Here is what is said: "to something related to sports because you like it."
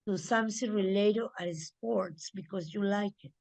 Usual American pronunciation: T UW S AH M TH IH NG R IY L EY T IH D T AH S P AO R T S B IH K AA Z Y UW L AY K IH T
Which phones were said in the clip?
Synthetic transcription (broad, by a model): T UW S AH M S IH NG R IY L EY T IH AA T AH S P AO R T S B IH K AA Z Y UW L AY K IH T